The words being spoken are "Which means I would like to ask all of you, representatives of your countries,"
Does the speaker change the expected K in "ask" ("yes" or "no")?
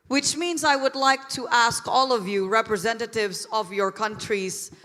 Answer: no